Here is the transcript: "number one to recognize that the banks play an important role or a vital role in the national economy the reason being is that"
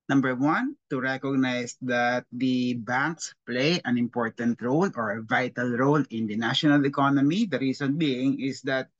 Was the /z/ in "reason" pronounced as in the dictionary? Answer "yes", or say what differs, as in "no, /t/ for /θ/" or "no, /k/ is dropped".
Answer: no, /s/ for /z/